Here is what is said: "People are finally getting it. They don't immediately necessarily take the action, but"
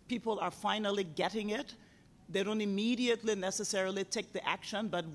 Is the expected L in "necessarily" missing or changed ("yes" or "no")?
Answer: no